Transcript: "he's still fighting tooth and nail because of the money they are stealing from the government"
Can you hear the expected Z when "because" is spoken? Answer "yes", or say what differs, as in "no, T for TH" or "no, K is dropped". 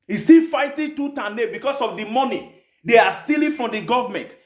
no, S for Z